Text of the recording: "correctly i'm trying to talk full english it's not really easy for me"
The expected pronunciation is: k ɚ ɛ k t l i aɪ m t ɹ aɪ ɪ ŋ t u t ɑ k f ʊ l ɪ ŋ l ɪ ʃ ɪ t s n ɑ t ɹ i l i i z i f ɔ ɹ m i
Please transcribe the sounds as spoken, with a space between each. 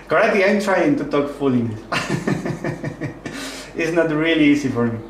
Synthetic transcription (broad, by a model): k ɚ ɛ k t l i aɪ m t ɹ aɪ ɪ ŋ t u t ɑ k f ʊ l l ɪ ɪ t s n ɑ t ɹ i l i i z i f ɔ ɹ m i